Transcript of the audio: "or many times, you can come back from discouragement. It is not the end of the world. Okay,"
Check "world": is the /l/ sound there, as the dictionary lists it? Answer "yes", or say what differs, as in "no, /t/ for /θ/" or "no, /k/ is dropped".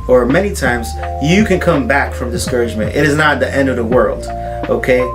yes